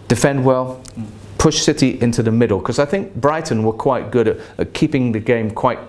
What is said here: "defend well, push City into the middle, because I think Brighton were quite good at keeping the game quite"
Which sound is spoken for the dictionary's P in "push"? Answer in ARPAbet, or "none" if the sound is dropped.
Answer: P